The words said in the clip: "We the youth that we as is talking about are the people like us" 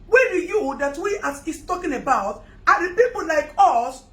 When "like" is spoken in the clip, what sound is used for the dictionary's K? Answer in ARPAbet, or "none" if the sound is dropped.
K